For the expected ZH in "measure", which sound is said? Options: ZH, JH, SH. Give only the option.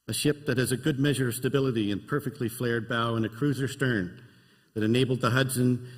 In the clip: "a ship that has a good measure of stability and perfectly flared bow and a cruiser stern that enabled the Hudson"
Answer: ZH